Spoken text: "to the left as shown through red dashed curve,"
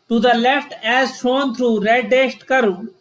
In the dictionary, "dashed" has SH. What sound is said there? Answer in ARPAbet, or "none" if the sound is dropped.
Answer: S